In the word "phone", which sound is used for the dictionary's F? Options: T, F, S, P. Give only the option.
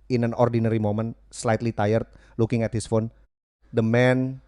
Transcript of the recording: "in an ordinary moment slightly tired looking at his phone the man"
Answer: F